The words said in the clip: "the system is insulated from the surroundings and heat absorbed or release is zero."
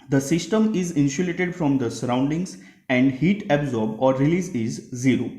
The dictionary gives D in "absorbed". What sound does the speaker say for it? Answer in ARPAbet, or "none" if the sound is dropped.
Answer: none